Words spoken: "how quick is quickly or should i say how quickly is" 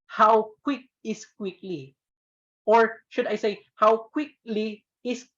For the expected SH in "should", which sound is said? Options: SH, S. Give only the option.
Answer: SH